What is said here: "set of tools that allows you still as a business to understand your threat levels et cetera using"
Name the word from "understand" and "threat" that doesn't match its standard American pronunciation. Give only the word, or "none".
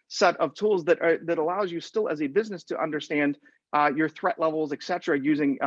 none